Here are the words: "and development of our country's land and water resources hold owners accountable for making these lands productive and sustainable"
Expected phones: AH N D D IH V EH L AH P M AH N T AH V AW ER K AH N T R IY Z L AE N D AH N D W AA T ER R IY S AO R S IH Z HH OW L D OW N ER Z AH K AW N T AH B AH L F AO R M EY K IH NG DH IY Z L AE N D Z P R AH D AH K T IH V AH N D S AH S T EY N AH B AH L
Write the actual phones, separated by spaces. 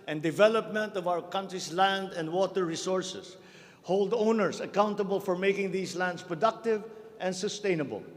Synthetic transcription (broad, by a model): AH N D D IH V EH L AH P M AH N T AH V AW ER K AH N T R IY S L AE N D AH N D W AA T ER R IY S AO R S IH S HH OW L D OW N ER S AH K AW N T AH B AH L F AO R M EY K IH NG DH IY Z L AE N D S P R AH D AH K T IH V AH N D S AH S T EY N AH B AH L